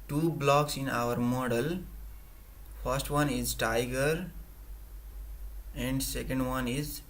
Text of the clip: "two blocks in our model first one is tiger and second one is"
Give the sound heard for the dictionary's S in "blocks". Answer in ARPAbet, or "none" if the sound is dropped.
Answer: S